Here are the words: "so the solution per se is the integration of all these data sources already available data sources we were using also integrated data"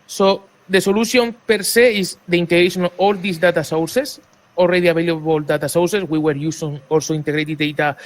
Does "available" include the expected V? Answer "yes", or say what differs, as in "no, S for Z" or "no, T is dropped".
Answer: no, B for V